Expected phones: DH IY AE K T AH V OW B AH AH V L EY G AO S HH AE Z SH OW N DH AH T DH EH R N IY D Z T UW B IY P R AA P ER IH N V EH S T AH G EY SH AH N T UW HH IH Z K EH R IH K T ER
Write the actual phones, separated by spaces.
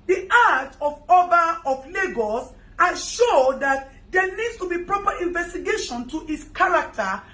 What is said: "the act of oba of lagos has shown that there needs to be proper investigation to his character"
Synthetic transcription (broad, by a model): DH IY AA T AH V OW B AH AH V L EY G AO S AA SH OW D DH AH T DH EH N IY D S T UW B IY P R AA P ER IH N V EH S T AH G EY SH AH N T UW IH S K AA R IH K T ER